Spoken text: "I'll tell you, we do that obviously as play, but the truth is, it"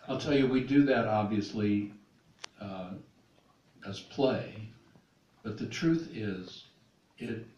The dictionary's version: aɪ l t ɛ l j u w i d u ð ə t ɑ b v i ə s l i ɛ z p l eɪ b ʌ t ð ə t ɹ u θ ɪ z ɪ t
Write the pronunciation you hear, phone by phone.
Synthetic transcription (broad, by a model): aɪ l t ɛ l j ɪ w i d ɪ ð ə t ɑ b v i ə s l i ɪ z p l eɪ b ʌ t ð ə t ɹ u θ ɪ z ɪ t